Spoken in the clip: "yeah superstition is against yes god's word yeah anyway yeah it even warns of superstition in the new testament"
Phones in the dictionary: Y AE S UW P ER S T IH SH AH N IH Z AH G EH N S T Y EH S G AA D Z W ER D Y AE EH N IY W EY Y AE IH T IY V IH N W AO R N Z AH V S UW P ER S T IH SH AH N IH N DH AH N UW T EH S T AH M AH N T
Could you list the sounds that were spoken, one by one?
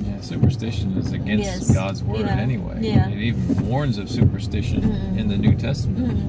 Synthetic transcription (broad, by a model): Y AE S UW P ER S T IH SH AH N IH Z AH G EH N S T G AA D Z W ER D EH N IY W EY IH IH T IY V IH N W AO R N Z AH V S UW P ER S T IH SH AH N IH N DH AH N UW T EH S T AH M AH N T